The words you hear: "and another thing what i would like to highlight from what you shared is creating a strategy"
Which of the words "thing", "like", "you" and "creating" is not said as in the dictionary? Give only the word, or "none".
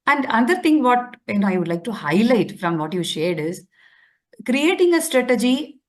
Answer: thing